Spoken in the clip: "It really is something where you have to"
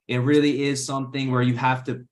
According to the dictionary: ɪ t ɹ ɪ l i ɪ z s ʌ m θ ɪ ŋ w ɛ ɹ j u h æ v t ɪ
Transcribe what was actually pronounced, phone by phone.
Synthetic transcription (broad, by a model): ɪ t ɹ ɪ l i ɪ z s ʌ m θ ɪ ŋ w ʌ ɹ j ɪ h æ f t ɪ